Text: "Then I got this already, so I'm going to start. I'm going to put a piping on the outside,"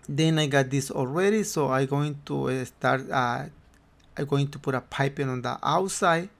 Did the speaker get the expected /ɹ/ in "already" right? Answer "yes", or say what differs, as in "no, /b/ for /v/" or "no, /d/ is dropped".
no, /l/ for /ɹ/